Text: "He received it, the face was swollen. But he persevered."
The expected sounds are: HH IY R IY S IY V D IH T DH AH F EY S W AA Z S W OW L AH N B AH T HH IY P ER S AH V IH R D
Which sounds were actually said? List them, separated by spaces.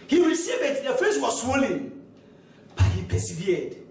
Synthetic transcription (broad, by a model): HH IY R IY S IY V IH T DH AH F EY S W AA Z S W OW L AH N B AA T HH IY P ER S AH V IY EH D